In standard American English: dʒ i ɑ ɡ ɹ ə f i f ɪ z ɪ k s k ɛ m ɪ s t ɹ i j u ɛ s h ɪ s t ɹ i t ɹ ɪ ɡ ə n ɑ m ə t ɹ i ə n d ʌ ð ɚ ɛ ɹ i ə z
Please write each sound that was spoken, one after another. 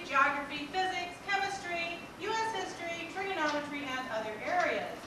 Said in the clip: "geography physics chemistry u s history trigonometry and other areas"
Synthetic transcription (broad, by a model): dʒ ɑ ɡ ɹ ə f i f ɪ z ɪ k s k ɛ m ɪ s t ɹ i j u ɛ s h ɪ s t ɹ i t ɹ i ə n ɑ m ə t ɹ i ə n d ʌ ð ɚ ɛ ɹ i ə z